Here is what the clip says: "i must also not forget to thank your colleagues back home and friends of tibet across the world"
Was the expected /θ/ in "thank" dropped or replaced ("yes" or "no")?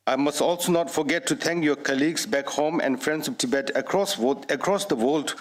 yes